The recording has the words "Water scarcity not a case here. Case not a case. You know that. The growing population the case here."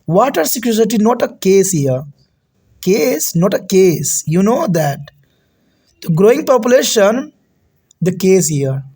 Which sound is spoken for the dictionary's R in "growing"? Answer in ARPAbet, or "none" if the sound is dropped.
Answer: R